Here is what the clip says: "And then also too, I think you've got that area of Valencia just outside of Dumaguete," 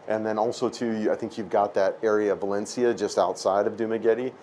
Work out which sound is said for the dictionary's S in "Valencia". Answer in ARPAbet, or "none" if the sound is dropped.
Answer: S